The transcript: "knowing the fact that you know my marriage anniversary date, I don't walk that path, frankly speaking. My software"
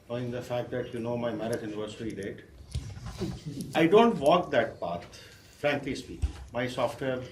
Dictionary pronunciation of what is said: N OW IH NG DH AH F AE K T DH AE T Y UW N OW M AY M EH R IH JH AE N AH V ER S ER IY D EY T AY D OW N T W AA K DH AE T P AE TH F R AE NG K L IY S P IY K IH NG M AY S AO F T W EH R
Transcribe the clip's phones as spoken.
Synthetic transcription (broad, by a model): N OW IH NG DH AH F AE K T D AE T Y UW N OW M AY M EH R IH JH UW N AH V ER S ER IY D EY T AY D OW N T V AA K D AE T P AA T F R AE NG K L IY S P IY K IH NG M AY S AO F T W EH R